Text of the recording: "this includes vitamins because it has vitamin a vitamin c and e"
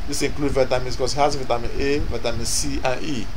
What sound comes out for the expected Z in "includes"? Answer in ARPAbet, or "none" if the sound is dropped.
none